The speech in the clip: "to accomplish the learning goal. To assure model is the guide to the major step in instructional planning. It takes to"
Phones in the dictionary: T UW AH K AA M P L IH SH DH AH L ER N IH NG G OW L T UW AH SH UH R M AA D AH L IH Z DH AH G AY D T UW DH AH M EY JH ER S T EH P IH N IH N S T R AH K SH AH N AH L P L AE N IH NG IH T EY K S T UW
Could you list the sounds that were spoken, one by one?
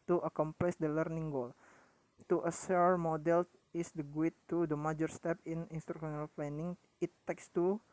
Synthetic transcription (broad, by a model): T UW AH K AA M P L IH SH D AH L ER N IH NG G OW L T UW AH S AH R M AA D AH L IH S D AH G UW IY T UW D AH M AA JH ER S T EH P IH N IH N S T R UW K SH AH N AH L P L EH N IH NG IH T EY K S T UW